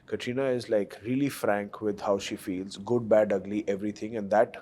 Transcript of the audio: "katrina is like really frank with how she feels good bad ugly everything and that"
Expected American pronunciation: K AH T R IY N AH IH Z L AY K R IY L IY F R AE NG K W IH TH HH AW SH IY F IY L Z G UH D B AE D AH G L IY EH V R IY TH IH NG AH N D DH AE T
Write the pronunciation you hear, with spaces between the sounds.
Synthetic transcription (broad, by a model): K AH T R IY N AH IH Z L AY K R IY L IY F R AE NG K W IH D HH AW SH IY F IY L Z G UH D B AE D AH G L IY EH V R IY T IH NG AH N D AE T